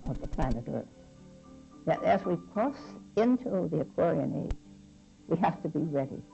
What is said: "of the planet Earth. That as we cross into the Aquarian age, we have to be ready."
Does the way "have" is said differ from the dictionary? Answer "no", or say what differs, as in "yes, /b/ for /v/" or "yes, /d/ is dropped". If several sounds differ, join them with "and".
yes, /f/ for /v/